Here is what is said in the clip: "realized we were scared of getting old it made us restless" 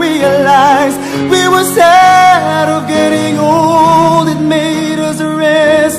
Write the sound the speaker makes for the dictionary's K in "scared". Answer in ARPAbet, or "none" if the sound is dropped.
none